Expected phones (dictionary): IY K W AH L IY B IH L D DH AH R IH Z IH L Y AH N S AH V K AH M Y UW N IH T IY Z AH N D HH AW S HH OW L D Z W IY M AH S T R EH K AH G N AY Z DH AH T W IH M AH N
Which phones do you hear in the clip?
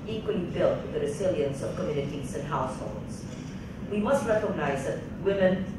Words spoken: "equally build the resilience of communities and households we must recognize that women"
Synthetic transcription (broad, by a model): IY K W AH L IY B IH L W DH AH R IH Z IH L Y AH N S AH V K AH M Y UW N IH T IY Z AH N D HH AW S HH OW L D Z W IY M AH S T R EH K AH G N AY Z DH AH T W IH M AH N